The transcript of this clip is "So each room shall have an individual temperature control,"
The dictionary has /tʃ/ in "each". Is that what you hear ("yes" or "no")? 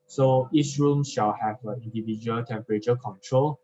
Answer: no